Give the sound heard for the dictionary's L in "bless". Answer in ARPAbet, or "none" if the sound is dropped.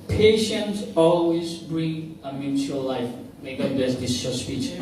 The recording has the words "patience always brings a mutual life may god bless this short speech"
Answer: none